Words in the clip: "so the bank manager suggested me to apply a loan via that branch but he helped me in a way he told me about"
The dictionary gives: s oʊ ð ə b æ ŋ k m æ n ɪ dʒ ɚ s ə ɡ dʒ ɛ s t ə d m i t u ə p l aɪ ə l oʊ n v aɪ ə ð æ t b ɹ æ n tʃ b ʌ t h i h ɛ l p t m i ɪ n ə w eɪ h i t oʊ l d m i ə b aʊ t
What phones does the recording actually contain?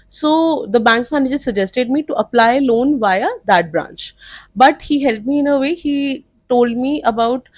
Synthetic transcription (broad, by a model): s oʊ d ə b æ ŋ k m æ n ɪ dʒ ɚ s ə dʒ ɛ s t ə d m i t u ə p l aɪ ə l oʊ n v aɪ ə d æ t b ɹ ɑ n tʃ b ʌ t h i h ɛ l t m i ɪ n ə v eɪ h i t oʊ l d m i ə b aʊ t